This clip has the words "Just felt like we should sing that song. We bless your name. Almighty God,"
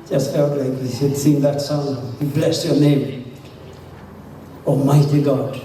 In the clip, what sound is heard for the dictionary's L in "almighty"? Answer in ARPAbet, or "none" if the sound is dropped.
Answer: none